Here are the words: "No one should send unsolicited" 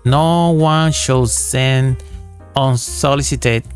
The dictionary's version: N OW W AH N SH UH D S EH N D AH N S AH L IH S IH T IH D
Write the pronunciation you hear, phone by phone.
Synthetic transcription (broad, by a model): N OW W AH N SH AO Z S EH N AH N S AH L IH S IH T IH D